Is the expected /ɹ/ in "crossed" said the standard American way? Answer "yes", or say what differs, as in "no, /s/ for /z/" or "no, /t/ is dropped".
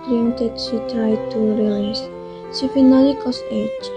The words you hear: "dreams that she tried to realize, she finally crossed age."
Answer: no, /ɹ/ is dropped